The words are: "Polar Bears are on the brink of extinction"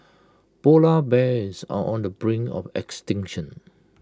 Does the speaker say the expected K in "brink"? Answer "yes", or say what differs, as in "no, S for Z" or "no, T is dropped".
no, K is dropped